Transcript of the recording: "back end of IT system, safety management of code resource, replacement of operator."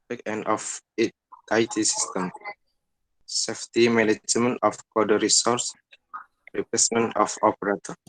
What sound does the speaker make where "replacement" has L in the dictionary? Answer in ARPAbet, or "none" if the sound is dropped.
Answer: none